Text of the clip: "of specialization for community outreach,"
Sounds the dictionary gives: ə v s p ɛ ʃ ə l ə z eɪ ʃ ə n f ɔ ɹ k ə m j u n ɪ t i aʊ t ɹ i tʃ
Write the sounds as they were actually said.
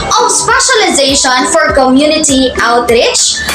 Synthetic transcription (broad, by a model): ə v s p ɛ ʃ ə l ə z eɪ ʃ ə n f ɔ ɹ k ə m j u n ɪ t i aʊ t ɹ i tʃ